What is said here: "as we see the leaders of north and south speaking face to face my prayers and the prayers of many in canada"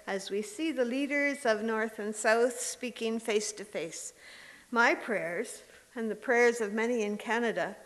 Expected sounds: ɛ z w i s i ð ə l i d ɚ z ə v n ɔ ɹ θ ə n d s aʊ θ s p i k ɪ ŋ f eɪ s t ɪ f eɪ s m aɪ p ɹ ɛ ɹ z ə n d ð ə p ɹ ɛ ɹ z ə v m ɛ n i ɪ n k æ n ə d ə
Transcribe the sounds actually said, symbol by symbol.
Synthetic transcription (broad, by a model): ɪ z w i s i ð ə l i d ɚ z ə v n ɔ ɹ θ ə n s aʊ θ s p i k ɪ ŋ f eɪ s t ɪ f eɪ s m aɪ p ɹ ɛ ɹ z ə n ð ə p ɹ ɛ ɹ z ə v m ɛ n i ɪ n k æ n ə d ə